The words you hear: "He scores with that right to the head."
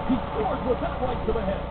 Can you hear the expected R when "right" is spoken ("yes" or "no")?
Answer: no